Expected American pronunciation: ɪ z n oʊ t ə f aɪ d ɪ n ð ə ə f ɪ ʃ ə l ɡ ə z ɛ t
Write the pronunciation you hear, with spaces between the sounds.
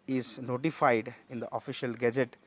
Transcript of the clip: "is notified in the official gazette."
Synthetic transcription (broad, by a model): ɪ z n oʊ t ə f aɪ d ɪ n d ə ə f ɪ ʃ ə l ɡ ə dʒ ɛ t